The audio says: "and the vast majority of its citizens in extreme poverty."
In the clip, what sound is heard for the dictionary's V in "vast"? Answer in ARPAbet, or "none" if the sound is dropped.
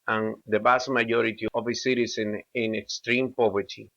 B